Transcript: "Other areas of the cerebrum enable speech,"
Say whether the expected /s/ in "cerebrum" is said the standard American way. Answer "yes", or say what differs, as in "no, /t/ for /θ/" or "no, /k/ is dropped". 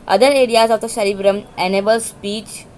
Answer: no, /ʃ/ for /s/